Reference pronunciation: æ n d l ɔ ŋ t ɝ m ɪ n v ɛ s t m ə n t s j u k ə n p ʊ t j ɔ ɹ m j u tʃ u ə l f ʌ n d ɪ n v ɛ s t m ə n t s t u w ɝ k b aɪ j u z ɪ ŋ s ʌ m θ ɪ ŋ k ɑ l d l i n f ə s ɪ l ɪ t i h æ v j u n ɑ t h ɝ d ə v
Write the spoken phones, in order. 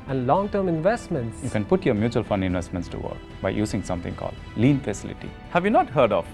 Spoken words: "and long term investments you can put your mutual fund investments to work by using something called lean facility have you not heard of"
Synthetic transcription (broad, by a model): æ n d l ɔ ŋ t ɝ m ɪ n v ɛ s t m ə n t s j u k ə n p ʊ t j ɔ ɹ m j u tʃ u ə l f ʌ n d ɪ n v ɛ s t m ə n t s t u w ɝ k b aɪ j u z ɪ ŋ s ʌ m t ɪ ŋ k ɑ l d l i n f ə s ɪ l ɪ t i h æ v j u n ɑ t h ɝ d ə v